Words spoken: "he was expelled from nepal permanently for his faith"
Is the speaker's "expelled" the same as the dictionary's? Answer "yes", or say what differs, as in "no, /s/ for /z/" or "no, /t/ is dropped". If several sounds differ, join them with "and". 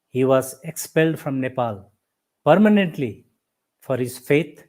yes